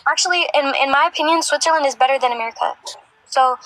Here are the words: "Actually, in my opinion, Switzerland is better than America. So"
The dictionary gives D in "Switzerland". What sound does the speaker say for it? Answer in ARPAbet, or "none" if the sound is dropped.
D